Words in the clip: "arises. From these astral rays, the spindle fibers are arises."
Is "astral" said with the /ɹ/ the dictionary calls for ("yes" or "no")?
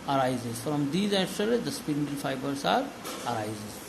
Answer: no